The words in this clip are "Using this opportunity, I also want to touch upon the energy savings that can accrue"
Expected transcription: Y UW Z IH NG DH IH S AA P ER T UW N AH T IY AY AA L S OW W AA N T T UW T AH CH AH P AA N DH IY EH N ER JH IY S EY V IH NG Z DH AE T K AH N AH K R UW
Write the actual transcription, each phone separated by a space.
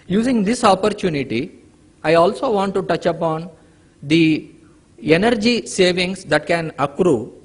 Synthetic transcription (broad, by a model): Y UW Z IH NG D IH S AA P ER T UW N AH T IY AY AA L S OW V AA N T T UW T AH CH AH P AA N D IY EH N ER JH IY S EY V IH NG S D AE T K AH N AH K R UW